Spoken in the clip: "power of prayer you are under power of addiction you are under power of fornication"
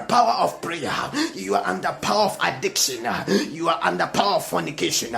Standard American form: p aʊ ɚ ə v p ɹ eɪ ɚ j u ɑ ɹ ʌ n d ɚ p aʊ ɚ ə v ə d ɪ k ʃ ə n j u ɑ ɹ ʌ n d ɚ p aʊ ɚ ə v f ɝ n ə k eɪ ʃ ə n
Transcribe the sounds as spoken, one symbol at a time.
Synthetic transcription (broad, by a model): p aʊ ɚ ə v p ɹ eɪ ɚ j u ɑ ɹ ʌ n d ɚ p aʊ ɚ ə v ə d ɪ k ʃ ə n j u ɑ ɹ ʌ n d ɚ p aʊ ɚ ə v f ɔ n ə k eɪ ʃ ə n